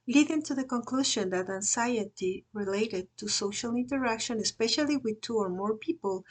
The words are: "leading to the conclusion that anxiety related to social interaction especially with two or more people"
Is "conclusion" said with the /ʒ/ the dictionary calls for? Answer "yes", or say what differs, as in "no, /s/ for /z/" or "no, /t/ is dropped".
no, /ʃ/ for /ʒ/